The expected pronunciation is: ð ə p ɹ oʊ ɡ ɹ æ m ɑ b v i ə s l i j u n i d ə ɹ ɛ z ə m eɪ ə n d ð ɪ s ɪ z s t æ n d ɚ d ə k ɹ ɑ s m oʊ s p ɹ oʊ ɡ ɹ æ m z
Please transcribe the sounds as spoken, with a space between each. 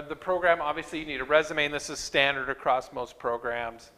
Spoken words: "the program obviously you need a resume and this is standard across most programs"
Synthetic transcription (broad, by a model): ð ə p ɹ oʊ ɡ ɹ æ m ɑ b v i ə s l i j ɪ n i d ə ɹ ɛ z ə m eɪ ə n ð ɪ s ɪ z s t æ n d ɚ d ə k ɹ ɑ s m oʊ s p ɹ oʊ ɡ ɹ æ m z